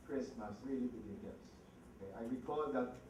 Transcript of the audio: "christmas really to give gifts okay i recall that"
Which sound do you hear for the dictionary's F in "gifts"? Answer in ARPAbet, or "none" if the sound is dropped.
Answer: none